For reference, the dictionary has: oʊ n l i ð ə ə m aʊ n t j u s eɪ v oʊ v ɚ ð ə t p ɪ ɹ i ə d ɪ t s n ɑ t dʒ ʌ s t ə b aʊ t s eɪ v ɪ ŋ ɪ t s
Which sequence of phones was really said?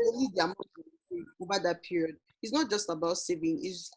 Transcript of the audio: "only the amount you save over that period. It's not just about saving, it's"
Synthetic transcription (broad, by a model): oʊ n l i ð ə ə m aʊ t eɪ oʊ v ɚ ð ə t p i ɹ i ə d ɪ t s n ɑ t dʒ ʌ s t ə b aʊ t s eɪ v ɪ ŋ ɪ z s